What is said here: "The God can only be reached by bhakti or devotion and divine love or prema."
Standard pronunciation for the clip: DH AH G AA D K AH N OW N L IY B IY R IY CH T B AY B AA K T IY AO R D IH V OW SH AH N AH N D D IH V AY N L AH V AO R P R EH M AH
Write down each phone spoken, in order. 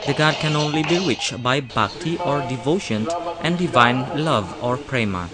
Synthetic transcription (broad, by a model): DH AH G AA D K AH N OW N L IY B IY R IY CH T B AY B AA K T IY AO R D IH V OW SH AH N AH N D D IH V AY N L AH V AO R P R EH M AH